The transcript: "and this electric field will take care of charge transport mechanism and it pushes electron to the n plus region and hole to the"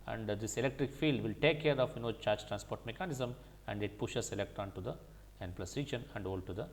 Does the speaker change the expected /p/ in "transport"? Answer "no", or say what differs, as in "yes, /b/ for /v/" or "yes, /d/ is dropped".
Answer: no